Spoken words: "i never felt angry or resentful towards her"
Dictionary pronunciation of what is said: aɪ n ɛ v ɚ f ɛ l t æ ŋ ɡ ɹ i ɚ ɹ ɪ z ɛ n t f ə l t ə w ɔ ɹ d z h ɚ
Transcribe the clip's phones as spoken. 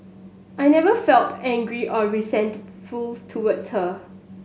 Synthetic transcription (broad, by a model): aɪ n ɛ v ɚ f ɛ l t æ ŋ ɡ ɹ i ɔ ɹ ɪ s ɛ n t f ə l t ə w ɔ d s h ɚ